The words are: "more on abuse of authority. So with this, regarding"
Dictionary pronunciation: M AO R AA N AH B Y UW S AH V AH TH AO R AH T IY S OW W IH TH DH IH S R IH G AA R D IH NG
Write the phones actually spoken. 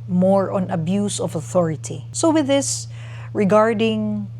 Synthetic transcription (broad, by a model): M AO R AA N AH B Y UW S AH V AH TH AO R AH T IY S OW W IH DH IH S R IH G AA R D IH NG